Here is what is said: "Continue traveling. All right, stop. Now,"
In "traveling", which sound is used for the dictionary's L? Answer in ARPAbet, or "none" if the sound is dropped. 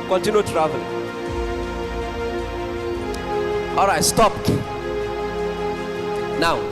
none